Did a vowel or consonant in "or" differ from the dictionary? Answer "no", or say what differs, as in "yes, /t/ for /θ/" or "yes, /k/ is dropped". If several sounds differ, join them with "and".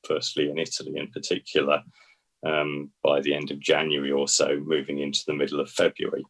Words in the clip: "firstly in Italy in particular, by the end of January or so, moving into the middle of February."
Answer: yes, /l/ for /ɹ/